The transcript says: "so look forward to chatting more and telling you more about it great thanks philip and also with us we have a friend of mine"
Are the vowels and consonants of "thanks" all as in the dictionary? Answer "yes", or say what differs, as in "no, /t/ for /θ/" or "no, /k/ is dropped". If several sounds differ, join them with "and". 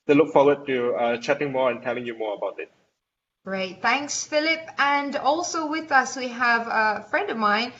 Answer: yes